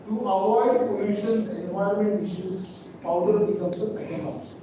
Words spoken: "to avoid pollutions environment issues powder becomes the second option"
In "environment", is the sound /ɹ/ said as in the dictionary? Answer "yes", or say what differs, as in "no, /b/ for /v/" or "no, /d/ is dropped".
no, /ɹ/ is dropped